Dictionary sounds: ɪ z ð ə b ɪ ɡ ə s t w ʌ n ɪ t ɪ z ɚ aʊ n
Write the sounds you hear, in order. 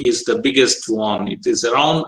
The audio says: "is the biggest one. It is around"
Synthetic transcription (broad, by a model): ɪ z ð ə b ɪ ɡ ə s t w ʌ n ɪ t ɪ z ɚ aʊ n